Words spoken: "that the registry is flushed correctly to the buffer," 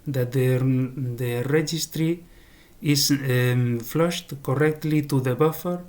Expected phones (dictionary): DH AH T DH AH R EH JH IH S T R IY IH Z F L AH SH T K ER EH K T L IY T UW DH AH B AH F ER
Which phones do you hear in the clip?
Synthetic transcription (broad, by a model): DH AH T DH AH R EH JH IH S T R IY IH S F L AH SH T K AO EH K T L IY T UW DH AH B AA F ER